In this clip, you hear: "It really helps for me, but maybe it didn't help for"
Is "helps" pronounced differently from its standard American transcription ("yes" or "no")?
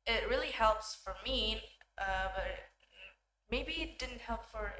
no